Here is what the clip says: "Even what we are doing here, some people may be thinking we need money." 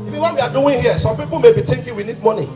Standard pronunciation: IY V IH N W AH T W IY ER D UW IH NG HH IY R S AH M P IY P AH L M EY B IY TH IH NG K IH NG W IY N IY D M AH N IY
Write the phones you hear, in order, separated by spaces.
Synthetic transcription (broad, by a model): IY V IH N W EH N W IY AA D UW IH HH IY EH S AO M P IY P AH M EY B IY T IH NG K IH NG W IY N IY D M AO N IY